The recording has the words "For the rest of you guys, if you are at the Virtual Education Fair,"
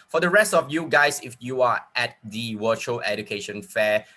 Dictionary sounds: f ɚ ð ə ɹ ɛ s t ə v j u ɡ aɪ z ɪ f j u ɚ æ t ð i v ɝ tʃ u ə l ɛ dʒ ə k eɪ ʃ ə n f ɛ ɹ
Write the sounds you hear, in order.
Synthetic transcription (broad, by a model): f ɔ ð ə ɹ ɛ s t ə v j u ɡ aɪ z ɪ f j u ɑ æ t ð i w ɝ tʃ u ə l ɛ dʒ ə k eɪ ʃ ə n f ɛ